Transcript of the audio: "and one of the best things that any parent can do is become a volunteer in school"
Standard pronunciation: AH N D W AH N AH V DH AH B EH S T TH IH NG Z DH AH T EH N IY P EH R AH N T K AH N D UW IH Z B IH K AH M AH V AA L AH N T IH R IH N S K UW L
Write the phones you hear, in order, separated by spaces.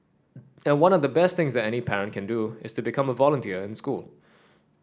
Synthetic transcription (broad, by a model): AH N W AH N AH V DH AH B EH S T TH IH NG Z DH AH T EH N IY P EH R AH N T K AH N D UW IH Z B IH K AH M AH V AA L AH N T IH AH IH N S K UW L